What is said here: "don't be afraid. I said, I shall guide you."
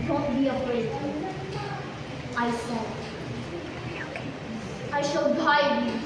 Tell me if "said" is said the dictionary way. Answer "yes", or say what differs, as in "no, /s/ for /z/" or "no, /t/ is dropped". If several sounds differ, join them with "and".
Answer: no, /d/ is dropped